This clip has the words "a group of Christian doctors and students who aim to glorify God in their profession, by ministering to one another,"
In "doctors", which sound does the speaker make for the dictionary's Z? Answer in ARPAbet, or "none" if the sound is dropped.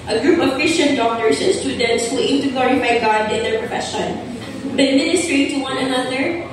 S